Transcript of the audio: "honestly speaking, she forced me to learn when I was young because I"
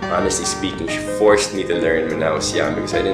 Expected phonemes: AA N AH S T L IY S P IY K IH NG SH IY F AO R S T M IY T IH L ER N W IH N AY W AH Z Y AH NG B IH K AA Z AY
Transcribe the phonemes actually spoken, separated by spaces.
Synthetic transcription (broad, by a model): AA N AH S T L IY S P IY K IH NG SH IY F AO R S T M IY T IH L ER N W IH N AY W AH S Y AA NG B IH K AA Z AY